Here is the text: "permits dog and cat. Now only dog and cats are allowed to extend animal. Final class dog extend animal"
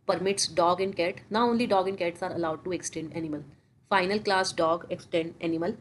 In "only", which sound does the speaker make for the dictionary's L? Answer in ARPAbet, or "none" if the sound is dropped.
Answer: L